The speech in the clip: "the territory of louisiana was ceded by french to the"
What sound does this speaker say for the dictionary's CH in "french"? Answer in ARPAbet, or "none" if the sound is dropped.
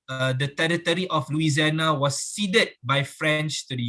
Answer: CH